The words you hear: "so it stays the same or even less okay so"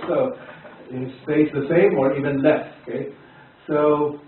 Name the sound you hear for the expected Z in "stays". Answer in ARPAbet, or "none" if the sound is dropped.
S